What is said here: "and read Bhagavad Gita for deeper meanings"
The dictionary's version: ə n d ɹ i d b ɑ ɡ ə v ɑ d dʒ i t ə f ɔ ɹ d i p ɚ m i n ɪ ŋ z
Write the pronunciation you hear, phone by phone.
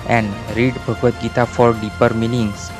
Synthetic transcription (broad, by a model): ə n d ɹ i d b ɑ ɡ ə ɑ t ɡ i t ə f ɔ ɹ d i p ɚ m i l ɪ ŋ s